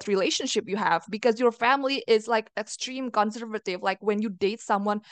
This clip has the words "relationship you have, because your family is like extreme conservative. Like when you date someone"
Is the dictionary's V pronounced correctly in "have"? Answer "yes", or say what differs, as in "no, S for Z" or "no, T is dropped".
yes